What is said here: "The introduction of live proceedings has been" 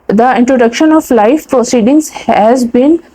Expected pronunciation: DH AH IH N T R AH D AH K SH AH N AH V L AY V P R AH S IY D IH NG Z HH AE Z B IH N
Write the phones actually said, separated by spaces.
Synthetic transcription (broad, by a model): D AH IH N T R AH D AH K SH AH N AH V L AY F P R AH S IY D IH NG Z HH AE Z B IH N